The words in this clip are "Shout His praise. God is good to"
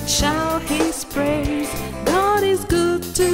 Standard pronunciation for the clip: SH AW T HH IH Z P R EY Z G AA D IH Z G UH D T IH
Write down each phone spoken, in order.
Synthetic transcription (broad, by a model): SH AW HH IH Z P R EY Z G AA D IH Z G UH D T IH